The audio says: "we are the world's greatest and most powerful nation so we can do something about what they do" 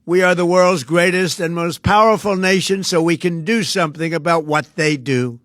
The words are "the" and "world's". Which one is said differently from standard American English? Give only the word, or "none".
none